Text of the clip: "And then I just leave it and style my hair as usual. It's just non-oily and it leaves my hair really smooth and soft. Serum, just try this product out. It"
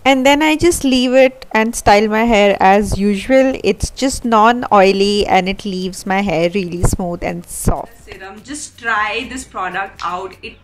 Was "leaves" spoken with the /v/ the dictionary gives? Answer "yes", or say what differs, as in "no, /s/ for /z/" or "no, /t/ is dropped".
yes